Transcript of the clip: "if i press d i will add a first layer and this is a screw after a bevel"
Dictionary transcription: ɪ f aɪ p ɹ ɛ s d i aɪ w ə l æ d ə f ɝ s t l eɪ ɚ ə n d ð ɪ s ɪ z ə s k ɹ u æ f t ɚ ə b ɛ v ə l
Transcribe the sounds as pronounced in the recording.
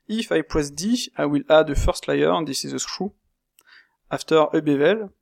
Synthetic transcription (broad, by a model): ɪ f aɪ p w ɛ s d i aɪ w ə l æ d ə f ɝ s t l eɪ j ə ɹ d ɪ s ɪ z ə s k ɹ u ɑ f t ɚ ə b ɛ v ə l